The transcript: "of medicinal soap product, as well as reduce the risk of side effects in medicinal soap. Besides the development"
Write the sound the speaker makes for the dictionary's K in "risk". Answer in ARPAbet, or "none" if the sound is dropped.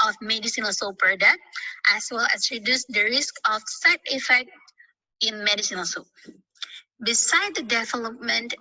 K